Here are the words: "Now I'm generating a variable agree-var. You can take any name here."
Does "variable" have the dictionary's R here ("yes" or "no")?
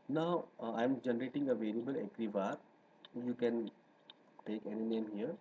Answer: no